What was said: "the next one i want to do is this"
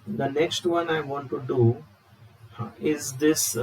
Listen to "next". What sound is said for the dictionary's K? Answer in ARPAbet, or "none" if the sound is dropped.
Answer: K